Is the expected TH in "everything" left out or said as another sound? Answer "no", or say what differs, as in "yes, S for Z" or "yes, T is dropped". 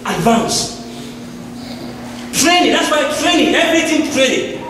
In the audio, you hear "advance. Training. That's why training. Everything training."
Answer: yes, T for TH